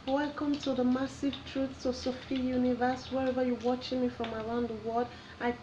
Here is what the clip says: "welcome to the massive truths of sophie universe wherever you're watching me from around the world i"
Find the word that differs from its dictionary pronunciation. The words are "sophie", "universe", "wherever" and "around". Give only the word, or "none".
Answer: none